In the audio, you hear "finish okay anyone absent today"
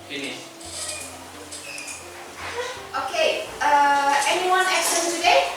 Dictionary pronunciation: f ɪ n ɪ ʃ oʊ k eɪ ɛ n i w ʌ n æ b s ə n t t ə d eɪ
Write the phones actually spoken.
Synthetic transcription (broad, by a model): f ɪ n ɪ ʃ oʊ k eɪ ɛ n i w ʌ n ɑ s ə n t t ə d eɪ